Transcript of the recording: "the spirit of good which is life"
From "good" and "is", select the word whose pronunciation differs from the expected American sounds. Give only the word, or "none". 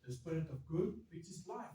is